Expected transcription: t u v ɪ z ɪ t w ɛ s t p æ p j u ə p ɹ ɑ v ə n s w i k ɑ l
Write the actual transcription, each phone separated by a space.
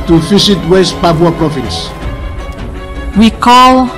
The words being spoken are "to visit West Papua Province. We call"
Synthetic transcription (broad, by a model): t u f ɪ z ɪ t w ɛ s t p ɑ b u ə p ɹ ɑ f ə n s w i k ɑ l